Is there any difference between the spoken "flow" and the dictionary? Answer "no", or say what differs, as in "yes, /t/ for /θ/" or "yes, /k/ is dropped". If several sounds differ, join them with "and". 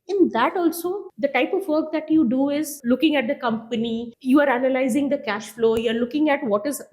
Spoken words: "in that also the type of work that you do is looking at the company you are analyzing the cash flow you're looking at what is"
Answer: no